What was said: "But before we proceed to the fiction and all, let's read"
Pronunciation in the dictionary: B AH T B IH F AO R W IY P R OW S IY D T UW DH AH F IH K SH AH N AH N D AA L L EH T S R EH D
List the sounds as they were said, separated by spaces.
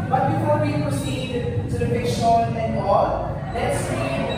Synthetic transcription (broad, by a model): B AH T B IH F AO R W IY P R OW S IY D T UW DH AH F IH SH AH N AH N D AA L L EH T S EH